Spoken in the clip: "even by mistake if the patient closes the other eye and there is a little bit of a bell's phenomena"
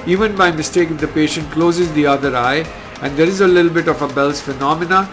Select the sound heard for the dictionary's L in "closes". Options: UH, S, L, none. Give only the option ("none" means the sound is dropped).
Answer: L